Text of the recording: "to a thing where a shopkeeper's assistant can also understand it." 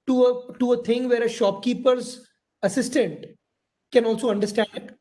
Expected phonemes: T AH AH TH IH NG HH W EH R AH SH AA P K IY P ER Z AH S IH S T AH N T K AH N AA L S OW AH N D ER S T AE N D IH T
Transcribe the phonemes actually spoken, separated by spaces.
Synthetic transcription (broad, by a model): T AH AH T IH NG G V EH R AH SH AA P K IY P ER Z AH S IH S T AH N T K AH N AA L S OW AH N D ER S T AE N D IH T